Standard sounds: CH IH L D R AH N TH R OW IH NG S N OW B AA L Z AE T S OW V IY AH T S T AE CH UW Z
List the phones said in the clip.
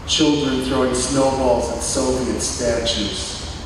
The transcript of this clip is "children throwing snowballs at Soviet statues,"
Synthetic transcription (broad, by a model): CH IH L D R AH N TH R OW IH NG S N OW B AA L Z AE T S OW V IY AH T S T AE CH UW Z